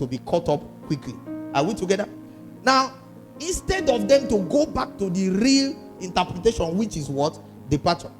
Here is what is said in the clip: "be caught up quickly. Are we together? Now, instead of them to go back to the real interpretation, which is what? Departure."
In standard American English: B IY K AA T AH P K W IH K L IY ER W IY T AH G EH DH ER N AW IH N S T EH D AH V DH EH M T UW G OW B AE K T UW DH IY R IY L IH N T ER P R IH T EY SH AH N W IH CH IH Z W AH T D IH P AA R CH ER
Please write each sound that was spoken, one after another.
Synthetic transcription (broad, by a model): B IY K AA T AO P K W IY K L IY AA W IY T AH G EH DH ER N AW IH N S T EH D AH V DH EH M T UW G OW B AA K T UW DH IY R IY L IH N T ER P R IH T EY SH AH N W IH CH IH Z W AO T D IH P AA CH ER